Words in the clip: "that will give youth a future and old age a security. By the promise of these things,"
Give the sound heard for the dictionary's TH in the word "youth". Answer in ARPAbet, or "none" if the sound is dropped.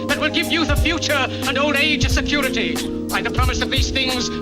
TH